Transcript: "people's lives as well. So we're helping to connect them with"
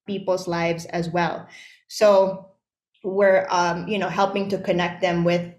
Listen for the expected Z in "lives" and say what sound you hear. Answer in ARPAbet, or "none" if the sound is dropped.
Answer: Z